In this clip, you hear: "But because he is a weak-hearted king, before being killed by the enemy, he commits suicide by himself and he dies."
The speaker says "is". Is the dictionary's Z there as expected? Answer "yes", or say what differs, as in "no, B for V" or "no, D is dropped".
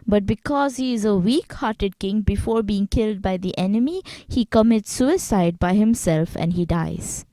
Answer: yes